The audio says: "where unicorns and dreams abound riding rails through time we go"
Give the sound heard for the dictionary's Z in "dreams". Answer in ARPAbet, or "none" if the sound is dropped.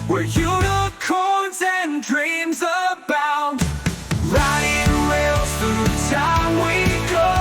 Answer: Z